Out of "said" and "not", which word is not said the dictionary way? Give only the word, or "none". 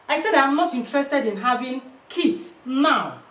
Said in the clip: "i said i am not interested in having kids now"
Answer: none